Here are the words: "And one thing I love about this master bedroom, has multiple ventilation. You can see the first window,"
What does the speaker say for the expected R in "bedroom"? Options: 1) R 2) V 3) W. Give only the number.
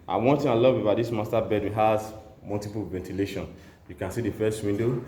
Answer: 3